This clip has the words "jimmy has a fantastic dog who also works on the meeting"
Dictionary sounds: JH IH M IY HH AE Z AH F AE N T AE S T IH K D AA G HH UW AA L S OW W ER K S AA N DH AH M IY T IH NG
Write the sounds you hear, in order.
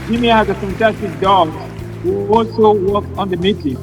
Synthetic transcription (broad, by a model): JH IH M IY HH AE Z AH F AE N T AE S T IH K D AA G HH UW AA L S OW W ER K AA N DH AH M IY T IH